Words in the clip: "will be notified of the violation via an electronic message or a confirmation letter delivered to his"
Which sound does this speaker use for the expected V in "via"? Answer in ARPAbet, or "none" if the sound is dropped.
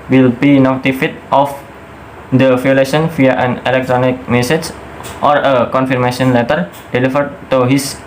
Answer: F